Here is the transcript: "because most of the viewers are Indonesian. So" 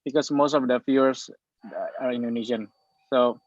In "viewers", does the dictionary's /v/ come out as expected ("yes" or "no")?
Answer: no